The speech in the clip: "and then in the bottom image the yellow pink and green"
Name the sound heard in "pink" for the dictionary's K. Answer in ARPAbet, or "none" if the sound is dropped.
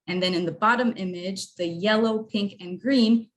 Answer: K